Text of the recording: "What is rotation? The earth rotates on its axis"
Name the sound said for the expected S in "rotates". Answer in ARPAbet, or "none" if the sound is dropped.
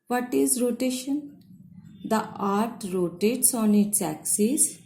S